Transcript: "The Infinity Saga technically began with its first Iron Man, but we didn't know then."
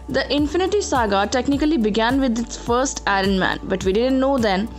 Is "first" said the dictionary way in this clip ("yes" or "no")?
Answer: yes